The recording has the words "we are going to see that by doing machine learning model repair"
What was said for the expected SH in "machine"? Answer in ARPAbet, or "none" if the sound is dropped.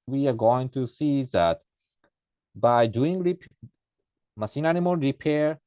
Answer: S